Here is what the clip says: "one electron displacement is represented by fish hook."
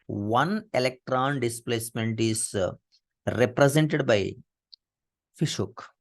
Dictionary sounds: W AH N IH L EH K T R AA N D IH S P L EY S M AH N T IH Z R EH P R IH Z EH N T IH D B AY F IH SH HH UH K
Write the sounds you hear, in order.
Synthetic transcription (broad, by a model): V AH N IH L EH K T R AA N D IH S P L EY S M AH N T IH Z R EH P R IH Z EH N T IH D B AY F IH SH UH K